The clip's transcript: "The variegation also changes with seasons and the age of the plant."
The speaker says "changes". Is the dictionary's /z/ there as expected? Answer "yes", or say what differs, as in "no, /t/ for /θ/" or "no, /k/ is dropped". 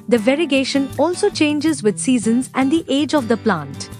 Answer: yes